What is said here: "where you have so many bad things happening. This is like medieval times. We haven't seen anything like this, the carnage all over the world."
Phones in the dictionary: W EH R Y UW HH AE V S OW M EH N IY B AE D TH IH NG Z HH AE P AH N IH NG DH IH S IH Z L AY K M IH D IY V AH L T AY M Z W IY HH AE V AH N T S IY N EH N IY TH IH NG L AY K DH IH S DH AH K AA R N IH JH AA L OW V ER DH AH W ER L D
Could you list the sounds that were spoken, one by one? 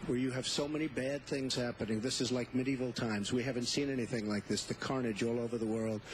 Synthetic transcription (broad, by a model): W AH R Y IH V S OW M EH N IY B AE D TH IH NG Z HH AE P AH N IH NG DH IH S IH Z L AY K M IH D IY V L T AY M Z W IY HH AE V AH N T S IY N EH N IY TH IH NG L AY K DH IH S DH AH K AA R N IH JH AA L OW V ER DH AH W ER L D